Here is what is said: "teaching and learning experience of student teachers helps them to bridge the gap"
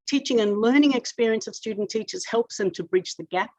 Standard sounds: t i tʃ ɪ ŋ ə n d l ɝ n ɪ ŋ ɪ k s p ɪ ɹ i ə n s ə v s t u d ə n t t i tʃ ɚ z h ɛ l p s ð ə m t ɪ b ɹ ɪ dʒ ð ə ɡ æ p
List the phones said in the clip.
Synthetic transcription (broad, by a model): t i tʃ ɪ ŋ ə n l ɝ n ɪ ŋ ɪ k s p ɪ ɹ i ə n s ə v s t u d n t t i tʃ ɚ z h ɛ l p s ð ə m t ɪ b ɹ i tʃ ð ə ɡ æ p